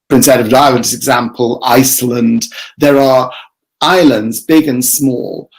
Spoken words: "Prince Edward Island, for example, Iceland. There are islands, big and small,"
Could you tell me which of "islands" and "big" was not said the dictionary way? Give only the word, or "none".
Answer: none